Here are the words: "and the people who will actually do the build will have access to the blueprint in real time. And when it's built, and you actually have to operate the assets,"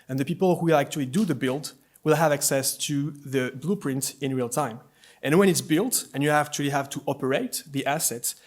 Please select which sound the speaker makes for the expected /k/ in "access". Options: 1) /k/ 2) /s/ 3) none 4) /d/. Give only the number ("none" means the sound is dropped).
1